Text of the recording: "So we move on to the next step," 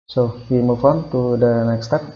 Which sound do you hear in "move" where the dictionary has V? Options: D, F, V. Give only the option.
F